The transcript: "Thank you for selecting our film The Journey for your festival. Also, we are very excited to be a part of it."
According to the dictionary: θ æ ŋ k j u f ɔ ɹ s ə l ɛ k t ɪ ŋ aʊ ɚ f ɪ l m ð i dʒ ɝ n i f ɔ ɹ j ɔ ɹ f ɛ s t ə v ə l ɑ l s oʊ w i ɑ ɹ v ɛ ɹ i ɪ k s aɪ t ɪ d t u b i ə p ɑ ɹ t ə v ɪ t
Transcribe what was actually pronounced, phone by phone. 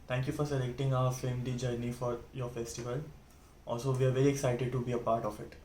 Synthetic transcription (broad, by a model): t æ ŋ k j u f ɔ ɹ s ə l ɛ k t ɪ ŋ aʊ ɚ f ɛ m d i dʒ ɝ n i f ɔ ɹ j ɔ ɹ f ɛ s t ə v ə l ɑ l s oʊ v i ɑ ɹ v ɛ ɹ i ɪ k s aɪ t ɪ d t u b i ə p ɑ ɹ t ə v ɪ t